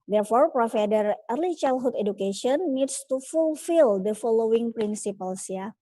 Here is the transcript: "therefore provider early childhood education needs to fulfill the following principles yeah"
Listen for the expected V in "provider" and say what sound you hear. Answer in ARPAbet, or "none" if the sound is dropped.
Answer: F